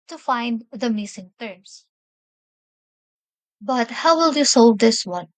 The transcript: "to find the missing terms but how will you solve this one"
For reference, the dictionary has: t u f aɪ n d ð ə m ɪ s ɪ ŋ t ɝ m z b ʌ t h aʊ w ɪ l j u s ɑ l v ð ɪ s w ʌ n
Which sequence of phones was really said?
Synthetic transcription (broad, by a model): t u f aɪ n d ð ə m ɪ s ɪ ŋ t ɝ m s b ʌ t h aʊ w ɪ l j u s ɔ l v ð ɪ s w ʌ n